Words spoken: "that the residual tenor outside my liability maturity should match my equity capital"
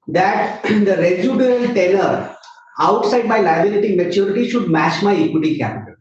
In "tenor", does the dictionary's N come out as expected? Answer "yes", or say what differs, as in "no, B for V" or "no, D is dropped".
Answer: no, L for N